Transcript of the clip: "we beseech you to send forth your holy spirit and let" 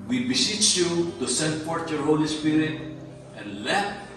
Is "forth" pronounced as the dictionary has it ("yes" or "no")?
no